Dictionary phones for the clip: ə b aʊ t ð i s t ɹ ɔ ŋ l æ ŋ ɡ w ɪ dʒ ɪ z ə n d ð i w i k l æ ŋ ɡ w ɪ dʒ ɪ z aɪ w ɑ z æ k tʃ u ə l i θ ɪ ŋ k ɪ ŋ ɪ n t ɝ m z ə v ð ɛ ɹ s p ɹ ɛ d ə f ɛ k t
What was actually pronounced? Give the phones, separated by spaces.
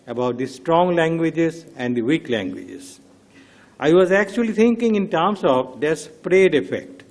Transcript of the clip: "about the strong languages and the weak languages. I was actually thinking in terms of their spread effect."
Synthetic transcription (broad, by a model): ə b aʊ t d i s t ɹ ɔ ŋ l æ ŋ ɡ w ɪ dʒ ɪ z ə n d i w i k l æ ŋ ɡ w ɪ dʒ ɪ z aɪ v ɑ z æ k tʃ u ə l i t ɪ ŋ k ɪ ŋ ɪ n t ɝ m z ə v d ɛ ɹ s p ɹ ɛ d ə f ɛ k t